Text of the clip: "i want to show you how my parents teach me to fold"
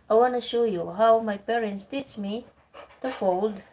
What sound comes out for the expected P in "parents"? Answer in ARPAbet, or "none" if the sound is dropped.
P